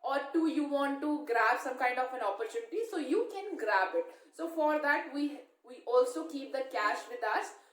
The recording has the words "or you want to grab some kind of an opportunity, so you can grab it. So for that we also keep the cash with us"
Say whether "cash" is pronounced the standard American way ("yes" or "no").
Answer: yes